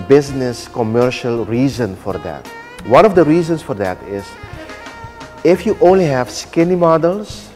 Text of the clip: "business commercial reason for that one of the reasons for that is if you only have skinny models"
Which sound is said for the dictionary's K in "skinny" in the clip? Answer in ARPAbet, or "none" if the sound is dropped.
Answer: K